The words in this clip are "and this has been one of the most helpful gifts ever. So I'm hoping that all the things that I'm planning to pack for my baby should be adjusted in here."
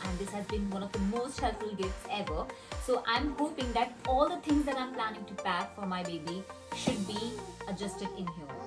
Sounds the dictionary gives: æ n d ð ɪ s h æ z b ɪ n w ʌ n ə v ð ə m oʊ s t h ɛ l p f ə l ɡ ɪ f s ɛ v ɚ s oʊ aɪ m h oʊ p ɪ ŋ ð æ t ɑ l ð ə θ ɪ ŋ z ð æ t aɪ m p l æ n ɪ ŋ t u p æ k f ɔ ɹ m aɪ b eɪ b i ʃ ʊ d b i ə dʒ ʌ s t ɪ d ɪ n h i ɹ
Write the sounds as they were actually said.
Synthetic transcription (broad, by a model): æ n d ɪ s h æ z b ɪ n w ʌ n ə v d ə m oʊ s t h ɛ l f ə l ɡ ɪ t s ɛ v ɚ s oʊ aɪ m h oʊ p ɪ ŋ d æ t ɑ l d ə t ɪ ŋ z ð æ t aɪ m p l æ n ɪ ŋ t u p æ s f ɔ ɹ m aɪ b eɪ b i ʃ ʊ d b i ə dʒ ʌ s t ɪ d ɪ n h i